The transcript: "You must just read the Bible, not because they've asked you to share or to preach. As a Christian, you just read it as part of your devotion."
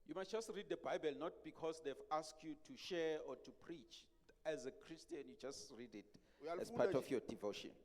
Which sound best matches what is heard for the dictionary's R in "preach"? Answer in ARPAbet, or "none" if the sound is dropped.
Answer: R